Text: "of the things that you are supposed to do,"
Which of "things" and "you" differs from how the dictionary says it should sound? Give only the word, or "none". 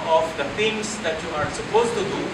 things